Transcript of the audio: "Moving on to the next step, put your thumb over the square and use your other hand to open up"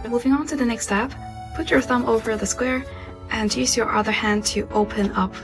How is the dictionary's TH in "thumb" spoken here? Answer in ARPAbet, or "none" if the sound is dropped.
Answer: TH